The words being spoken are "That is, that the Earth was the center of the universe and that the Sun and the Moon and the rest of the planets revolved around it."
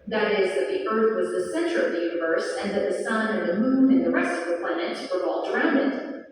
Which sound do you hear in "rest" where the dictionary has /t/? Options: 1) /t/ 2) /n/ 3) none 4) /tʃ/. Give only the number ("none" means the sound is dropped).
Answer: 1